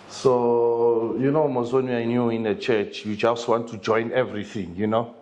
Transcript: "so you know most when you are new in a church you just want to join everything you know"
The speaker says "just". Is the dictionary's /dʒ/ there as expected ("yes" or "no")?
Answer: no